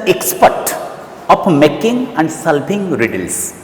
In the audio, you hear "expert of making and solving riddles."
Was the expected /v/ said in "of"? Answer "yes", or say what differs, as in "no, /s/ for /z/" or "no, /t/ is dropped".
no, /p/ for /v/